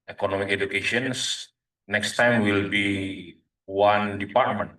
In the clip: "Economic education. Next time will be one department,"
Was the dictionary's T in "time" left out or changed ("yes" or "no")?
no